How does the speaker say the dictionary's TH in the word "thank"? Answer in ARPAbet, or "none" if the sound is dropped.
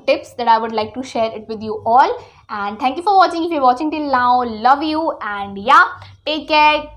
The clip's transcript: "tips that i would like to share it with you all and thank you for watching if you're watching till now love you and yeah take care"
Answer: T